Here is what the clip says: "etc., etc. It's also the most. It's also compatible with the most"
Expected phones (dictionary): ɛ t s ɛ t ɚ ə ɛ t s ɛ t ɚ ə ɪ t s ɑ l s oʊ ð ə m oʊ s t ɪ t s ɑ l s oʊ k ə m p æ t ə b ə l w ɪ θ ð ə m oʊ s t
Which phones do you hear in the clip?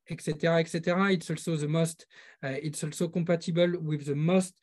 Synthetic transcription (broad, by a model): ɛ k s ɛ t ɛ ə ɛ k s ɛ t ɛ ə ɪ t s ɑ l s oʊ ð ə m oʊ s t ɪ t s ɑ l s oʊ k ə p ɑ t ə b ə l w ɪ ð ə m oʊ s t